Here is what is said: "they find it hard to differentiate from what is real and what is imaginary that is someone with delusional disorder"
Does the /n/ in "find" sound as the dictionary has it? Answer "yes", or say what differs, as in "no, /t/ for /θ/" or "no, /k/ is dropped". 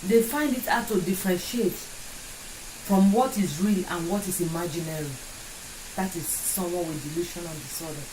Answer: yes